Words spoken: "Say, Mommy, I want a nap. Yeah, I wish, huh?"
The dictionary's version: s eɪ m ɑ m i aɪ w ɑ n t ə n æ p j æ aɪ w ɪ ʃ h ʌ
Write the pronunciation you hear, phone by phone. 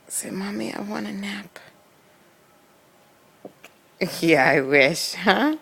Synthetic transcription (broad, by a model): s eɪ m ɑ m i aɪ w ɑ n ə n æ p j æ aɪ w ɪ ʃ h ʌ